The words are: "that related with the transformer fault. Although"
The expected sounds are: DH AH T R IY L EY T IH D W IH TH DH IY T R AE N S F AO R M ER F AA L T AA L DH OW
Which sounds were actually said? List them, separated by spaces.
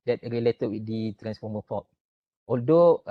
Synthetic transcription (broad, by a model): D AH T R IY L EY T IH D W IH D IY T R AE N S F AO M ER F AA T AA L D OW